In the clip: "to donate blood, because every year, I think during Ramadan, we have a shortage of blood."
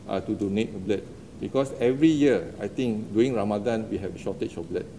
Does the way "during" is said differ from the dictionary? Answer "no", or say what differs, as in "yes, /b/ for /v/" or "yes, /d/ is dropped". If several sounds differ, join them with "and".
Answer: yes, /ɹ/ is dropped